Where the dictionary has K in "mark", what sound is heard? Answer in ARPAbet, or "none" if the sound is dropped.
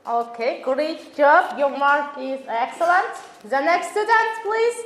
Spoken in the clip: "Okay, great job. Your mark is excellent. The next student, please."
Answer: none